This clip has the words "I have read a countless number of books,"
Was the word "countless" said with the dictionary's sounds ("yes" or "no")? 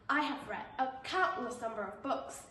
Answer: no